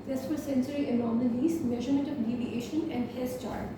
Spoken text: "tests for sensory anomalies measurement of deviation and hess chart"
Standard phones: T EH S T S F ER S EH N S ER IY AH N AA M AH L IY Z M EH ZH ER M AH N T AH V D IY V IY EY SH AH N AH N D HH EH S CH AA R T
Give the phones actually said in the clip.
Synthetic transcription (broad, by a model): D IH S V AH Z S EH N S ER IY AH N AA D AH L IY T M EH ZH ER M AH N T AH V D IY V IY EY SH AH N AH N D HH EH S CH AA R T